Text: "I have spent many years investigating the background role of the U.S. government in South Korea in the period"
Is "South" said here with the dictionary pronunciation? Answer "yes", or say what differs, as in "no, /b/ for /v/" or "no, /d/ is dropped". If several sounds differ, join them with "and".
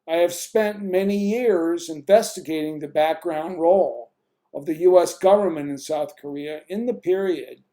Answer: yes